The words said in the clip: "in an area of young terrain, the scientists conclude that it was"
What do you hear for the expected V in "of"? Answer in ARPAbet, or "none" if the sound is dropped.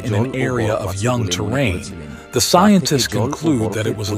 V